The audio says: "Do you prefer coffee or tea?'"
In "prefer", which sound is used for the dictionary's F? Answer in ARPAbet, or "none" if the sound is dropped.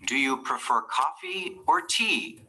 F